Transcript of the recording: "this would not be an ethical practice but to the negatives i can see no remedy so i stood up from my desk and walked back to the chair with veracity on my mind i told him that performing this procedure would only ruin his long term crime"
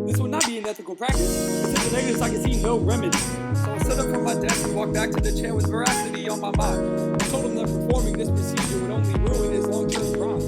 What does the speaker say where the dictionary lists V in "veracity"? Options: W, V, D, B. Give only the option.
V